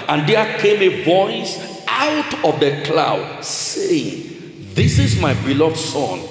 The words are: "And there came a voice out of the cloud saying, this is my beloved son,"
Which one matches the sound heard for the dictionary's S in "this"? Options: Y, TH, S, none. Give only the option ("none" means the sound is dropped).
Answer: S